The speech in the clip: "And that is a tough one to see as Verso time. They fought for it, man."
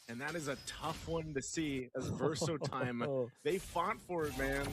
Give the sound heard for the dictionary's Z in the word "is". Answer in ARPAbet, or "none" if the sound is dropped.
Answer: Z